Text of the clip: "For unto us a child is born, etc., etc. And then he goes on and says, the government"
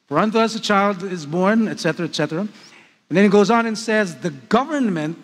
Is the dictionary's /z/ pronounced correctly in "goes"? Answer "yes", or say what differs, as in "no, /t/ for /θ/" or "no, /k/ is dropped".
yes